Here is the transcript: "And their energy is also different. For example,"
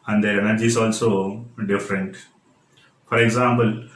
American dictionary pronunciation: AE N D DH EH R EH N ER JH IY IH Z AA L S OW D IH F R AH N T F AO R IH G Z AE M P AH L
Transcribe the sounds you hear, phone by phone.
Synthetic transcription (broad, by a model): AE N D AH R EH N ER JH IY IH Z AA L S OW D IH F R AH N T F AO R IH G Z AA M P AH L